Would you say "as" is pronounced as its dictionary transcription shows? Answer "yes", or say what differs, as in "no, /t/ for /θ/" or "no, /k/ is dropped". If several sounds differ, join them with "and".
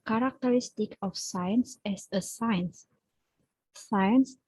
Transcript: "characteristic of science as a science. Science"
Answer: no, /s/ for /z/